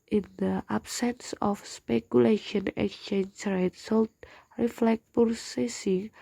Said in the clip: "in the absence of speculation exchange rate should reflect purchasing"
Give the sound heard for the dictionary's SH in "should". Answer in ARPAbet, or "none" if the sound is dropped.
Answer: S